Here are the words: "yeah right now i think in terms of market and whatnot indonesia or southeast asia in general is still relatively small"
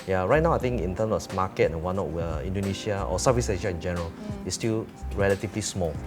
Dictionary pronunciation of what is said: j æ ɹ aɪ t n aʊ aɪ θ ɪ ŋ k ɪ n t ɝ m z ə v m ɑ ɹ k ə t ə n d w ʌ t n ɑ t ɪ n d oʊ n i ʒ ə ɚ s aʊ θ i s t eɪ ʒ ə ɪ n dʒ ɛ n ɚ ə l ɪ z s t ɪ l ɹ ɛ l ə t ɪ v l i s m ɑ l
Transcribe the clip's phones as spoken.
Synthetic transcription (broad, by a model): j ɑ ɹ aɪ t n aʊ aɪ t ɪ ŋ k ɪ n t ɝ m s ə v m ɑ k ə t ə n w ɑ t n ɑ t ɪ n d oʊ n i ʃ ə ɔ s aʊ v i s eɪ ʃ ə ɪ n dʒ ɛ n ɚ ə l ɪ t s t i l ɹ ɛ l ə t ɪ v l i s m ɑ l